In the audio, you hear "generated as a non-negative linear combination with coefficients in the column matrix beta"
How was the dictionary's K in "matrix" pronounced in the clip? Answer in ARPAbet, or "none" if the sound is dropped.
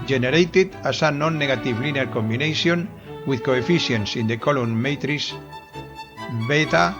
none